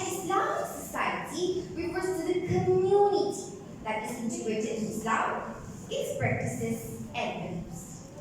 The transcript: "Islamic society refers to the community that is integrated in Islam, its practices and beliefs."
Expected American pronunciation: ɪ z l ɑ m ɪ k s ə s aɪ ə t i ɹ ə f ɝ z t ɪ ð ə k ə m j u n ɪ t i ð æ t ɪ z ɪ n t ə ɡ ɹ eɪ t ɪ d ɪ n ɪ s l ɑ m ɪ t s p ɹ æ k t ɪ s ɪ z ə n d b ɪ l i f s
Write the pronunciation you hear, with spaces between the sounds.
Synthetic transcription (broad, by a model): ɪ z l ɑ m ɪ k s ə s aɪ ə t i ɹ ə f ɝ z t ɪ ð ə k ə m j u n ɪ t i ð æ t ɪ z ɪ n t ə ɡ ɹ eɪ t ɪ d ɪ l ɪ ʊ ɪ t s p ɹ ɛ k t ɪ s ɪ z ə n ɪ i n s